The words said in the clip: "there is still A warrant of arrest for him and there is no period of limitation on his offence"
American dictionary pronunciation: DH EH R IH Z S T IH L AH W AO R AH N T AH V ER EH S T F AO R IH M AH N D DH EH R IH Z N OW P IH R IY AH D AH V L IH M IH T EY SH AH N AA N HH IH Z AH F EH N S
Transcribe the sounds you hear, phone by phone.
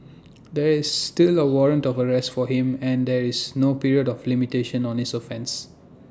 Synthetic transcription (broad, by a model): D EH R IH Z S T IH L AH W AO R AH N T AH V ER EH S T F AO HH IH M AH N D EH R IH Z N OW P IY R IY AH D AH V L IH M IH T EY SH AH N AA N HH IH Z AH F EH N S